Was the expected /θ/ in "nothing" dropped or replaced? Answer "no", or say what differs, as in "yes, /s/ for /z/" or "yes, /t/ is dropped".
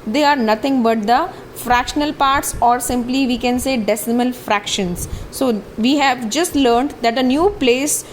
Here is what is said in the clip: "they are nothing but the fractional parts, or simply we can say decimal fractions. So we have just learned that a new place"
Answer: yes, /t/ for /θ/